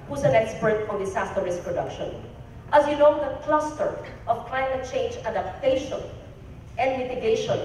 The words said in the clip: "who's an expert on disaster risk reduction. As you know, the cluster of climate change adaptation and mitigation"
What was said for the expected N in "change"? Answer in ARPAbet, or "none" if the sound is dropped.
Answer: N